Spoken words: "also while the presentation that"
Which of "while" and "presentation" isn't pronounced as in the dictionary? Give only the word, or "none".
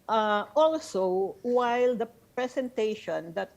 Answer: presentation